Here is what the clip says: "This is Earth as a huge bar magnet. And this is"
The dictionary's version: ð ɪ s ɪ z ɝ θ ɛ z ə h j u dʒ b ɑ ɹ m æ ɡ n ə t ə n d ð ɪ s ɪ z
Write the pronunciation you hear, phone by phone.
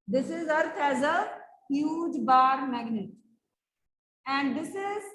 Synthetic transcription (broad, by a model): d ɪ s ɪ z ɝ t ɛ z ə h j u dʒ b ɑ ɹ m æ ɡ n ə t ə n d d ɪ s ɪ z